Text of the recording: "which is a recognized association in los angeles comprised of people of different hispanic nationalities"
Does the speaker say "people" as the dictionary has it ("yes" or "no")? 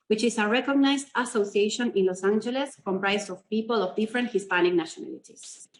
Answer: yes